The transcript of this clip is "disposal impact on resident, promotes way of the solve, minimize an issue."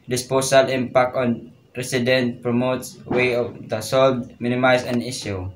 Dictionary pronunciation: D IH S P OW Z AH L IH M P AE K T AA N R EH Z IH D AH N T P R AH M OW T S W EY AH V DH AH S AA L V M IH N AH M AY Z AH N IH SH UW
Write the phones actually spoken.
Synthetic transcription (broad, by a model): D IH S P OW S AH L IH M P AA K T AA N R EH S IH D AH N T P R AH M OW T S W EY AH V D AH S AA L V M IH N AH M AY S AH N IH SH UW